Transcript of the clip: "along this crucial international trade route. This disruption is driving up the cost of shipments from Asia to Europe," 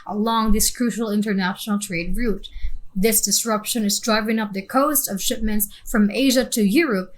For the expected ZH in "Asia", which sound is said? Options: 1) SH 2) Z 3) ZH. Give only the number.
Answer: 3